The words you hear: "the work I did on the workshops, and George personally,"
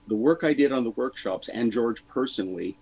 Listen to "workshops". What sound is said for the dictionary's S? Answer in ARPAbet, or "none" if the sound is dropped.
S